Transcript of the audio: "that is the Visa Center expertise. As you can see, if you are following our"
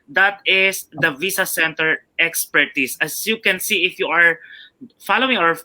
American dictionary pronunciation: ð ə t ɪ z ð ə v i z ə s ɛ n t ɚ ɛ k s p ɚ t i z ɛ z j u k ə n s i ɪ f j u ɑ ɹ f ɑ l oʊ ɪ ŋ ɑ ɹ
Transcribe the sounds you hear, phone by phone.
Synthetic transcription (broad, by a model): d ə t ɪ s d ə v i s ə s ɛ n t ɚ ɛ k s p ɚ t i s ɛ s j u k ə n s i ɪ f j u ɑ ɹ f ɑ l oʊ ɪ ŋ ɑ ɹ